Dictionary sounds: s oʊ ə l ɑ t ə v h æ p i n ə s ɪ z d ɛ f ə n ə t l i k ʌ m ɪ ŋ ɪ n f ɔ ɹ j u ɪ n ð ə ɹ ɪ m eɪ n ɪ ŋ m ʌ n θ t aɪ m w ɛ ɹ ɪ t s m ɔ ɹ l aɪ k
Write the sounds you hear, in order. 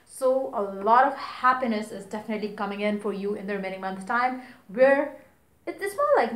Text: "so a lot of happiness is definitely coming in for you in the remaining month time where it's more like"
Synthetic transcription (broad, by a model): s oʊ ə l ɑ t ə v h æ p i n ə s ɪ z d ɛ f ə n ə t l i k ʌ m ɪ ŋ ɪ n f ɔ ɹ j u ɪ n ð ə ɹ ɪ m eɪ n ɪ ŋ m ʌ n s t aɪ m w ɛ ɹ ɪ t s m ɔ l aɪ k